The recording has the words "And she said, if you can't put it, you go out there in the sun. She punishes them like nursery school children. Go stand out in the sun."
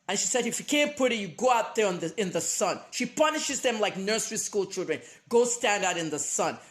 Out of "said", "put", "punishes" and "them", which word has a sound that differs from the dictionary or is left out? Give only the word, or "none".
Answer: none